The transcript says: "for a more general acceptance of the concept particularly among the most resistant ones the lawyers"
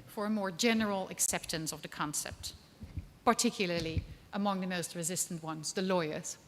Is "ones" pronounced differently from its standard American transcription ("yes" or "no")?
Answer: no